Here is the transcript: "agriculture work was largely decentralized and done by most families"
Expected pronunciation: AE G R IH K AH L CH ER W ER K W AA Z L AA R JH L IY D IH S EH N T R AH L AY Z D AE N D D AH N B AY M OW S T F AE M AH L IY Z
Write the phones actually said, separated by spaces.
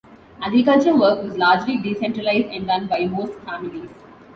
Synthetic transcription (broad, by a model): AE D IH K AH CH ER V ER K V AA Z L AA R JH L IY D IH S EH N T R AH L AY Z D AE N D D AH N B AY M OW S T F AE M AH L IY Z